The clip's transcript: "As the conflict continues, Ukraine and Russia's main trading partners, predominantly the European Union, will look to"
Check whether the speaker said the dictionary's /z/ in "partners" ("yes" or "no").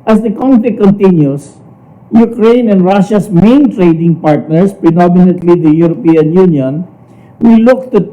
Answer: no